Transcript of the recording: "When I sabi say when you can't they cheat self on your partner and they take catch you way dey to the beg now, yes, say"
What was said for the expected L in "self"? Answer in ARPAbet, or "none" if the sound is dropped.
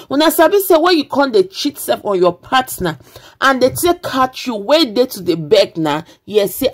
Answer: none